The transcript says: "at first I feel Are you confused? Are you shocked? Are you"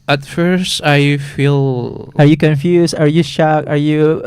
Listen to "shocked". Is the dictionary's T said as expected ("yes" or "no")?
no